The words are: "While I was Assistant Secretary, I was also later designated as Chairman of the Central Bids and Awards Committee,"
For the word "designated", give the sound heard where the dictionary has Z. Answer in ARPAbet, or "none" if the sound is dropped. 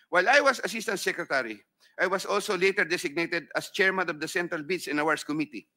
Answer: S